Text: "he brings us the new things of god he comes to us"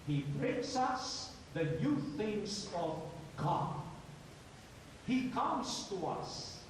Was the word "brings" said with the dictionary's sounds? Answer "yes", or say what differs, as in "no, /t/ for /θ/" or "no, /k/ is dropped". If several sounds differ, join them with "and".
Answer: no, /s/ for /z/